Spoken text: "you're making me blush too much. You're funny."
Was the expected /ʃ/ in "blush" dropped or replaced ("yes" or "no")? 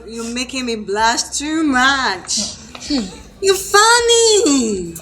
yes